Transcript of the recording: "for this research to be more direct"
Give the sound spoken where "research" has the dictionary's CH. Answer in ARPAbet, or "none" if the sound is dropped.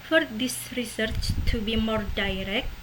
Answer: CH